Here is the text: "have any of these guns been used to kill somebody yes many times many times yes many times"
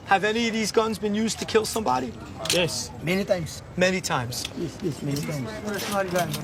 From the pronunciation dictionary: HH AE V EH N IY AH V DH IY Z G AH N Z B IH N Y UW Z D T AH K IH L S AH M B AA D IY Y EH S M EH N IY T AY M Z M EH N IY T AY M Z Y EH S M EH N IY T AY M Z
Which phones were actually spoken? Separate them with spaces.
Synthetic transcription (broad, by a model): HH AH V EH N IY AH V DH IY Z G AH N Z B IH N Y UW Z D T AH K IH L S AH M B AA D IY Y EH S M EH N IY T AY M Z M EH N IY T AY M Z Y EH S M EH N IY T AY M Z